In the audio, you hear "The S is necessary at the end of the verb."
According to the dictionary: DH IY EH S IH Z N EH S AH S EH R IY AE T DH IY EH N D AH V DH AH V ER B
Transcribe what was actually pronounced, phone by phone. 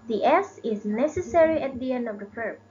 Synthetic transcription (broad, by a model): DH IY EH S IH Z N EH S AH S EH R IY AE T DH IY EH N D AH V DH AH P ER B